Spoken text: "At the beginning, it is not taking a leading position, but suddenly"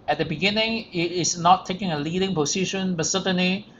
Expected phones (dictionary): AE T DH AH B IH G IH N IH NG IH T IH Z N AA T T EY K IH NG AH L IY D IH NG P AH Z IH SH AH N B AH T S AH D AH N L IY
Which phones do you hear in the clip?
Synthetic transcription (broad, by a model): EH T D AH B IH G IH N IH NG IH T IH S N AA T T EY K IH NG AH L IY D IH NG P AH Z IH SH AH N B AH T S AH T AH N L IY